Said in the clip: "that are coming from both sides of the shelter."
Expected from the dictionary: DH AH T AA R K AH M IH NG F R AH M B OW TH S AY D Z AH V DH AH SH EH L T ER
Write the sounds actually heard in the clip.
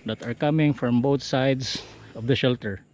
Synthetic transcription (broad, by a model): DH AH T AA R K AH M IH NG F R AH M B OW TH S AY D S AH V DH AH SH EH L T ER